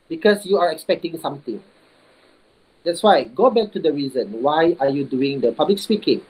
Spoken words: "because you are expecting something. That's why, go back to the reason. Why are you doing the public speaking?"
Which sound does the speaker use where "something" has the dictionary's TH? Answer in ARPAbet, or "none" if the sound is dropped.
T